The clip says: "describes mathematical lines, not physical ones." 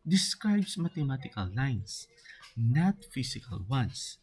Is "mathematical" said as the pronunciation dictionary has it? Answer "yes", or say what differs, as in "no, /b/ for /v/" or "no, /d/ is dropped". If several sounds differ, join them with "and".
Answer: no, /t/ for /θ/